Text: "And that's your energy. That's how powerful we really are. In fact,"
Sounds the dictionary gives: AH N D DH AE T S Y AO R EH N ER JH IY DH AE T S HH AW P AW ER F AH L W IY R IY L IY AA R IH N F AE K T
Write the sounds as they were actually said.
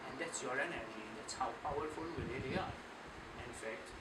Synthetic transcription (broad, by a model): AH N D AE T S Y AO R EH N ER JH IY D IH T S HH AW P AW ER F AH L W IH L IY L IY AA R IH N F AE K T